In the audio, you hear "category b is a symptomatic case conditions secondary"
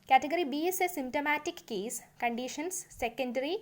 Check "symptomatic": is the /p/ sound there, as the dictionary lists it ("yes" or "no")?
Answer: no